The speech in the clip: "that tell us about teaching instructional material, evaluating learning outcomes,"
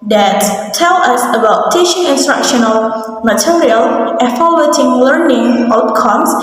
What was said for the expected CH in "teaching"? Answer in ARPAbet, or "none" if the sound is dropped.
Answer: SH